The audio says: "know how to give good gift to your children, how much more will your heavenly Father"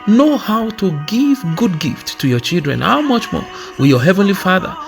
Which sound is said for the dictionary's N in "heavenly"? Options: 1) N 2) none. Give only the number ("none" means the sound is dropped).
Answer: 1